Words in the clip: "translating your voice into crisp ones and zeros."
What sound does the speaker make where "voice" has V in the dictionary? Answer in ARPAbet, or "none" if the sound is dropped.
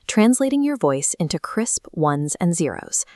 V